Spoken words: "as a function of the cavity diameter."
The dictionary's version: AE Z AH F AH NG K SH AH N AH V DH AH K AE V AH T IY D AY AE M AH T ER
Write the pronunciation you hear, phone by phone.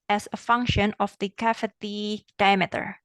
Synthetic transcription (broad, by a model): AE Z AH F AH NG K SH AH N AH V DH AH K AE F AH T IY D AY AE M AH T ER